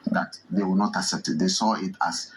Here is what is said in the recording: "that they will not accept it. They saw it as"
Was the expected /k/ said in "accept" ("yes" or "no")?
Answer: yes